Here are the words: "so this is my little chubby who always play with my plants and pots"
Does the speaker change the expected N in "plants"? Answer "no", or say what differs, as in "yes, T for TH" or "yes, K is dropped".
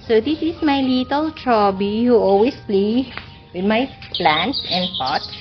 no